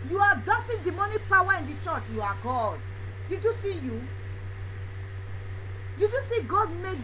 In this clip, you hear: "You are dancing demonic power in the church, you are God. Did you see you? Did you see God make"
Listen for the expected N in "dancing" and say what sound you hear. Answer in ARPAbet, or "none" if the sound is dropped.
none